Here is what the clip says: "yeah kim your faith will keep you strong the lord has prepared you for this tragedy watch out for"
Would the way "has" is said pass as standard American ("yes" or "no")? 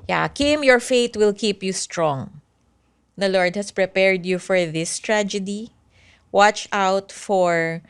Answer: no